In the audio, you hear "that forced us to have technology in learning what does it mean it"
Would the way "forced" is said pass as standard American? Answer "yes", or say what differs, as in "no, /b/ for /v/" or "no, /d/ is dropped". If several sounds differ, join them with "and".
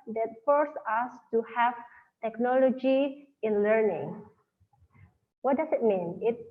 no, /t/ is dropped